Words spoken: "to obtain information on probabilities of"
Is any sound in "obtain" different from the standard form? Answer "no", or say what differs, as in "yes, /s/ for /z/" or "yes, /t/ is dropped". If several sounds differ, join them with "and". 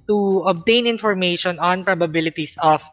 no